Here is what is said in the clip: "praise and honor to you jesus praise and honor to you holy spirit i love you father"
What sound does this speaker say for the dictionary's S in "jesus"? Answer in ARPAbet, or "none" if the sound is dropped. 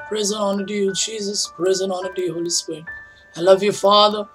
S